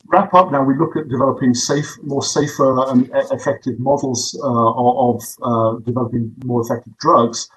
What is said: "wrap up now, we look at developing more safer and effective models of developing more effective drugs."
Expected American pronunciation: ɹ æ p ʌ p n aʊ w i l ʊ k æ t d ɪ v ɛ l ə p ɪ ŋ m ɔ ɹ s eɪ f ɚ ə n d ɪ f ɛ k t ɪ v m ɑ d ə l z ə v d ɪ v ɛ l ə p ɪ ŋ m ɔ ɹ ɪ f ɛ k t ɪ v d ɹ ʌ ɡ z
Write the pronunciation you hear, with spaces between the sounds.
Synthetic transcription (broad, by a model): ɹ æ p ʌ p n aʊ w i l ʊ k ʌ t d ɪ v ɛ l ə p ɪ ŋ m ɔ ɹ s eɪ f ɚ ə n ɪ f ɛ k t ɪ v m ɑ d l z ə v d ɪ v ɛ l ə p ɪ ŋ m ɔ ɹ ɪ f ɛ k t ɪ v d ɹ ʌ ɡ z